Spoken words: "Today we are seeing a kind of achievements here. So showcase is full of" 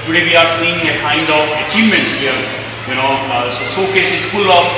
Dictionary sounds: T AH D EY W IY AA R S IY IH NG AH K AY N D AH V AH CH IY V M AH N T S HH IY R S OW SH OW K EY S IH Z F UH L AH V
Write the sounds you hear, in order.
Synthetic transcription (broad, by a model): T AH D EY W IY AA R S IY IH NG AH K AY N D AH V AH CH IY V M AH N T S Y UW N S OW S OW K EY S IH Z F UH L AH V